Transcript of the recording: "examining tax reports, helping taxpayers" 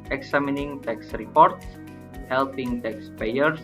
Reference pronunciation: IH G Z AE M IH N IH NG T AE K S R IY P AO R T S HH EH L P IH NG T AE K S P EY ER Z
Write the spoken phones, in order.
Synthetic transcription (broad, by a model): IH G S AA M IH N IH NG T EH K S R IY P AO R T S HH EH L P IH NG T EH K S P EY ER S